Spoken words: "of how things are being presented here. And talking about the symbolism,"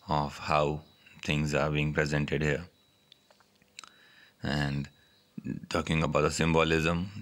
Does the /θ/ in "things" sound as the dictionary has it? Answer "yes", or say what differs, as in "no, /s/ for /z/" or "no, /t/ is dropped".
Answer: no, /t/ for /θ/